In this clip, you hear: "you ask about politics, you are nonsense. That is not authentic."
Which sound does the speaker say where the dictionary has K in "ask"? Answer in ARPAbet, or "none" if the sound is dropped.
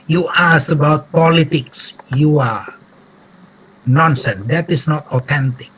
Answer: none